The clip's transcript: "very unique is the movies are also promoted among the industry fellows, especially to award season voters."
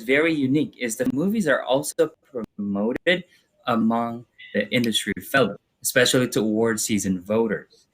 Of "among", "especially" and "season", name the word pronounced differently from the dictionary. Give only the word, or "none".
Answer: none